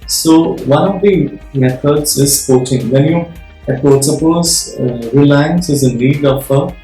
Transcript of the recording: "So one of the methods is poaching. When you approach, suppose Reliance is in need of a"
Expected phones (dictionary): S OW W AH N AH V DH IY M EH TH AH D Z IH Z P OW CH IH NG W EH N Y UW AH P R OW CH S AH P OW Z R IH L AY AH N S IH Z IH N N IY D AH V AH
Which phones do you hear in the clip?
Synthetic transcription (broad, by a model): S OW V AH N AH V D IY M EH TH AH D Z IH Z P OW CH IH NG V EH N Y UW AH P OW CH S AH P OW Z R IH L AY AH N S IH Z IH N N IY D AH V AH